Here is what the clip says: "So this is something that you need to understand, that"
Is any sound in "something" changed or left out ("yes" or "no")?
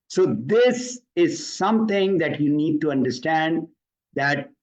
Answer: yes